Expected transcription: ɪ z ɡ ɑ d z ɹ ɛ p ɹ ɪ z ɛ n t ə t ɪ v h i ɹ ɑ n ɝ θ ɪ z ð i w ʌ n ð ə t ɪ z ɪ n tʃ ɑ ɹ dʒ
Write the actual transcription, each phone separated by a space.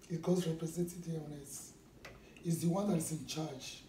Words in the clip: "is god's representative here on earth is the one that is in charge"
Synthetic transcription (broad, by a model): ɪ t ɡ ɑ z ɹ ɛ p ɹ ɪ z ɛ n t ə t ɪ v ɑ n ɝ s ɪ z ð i w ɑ n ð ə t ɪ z ɪ n tʃ ɑ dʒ